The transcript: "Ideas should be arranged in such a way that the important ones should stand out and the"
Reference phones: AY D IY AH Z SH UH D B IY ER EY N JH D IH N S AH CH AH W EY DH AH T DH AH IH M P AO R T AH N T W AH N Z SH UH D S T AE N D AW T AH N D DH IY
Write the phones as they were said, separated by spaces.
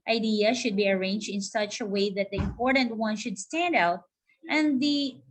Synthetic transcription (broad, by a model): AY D IY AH SH UH D B IY ER EY N JH D IH N S AH CH AH W EY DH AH T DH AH IH M P AO R T AH N T W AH N SH UH D S T AE N D AW T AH N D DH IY